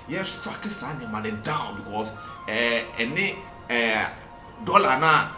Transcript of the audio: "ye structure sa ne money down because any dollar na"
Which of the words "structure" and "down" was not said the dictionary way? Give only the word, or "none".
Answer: structure